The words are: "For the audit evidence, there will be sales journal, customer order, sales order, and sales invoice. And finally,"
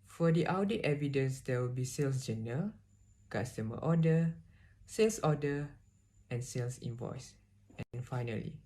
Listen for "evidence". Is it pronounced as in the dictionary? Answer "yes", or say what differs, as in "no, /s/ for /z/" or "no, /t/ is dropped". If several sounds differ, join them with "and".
yes